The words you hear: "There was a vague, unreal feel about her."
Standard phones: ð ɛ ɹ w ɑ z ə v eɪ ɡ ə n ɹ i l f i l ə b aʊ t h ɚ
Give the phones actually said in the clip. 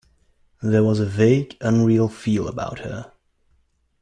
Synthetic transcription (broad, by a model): ð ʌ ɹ w ɑ z ə v eɪ ɡ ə n ɹ i l f i l ə b aʊ t h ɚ